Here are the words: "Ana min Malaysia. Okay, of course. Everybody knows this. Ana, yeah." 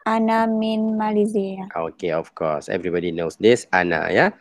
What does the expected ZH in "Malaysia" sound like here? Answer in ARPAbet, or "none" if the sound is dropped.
Z